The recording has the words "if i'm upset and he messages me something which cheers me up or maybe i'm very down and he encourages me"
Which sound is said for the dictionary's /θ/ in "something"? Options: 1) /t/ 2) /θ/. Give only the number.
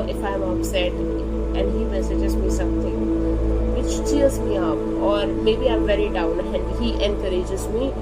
1